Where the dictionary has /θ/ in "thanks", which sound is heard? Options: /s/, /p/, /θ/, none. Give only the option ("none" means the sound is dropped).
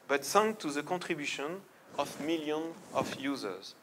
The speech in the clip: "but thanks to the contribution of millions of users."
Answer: /s/